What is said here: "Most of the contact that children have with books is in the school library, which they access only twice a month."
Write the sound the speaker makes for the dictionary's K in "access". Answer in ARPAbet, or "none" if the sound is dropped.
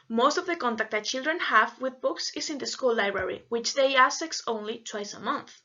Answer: none